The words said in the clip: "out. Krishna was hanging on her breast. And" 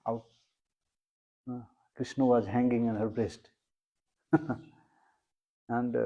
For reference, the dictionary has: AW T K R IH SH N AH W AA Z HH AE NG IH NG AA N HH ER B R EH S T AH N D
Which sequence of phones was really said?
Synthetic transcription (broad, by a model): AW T K R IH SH N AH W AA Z HH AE NG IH NG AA N HH ER B R EH S T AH N D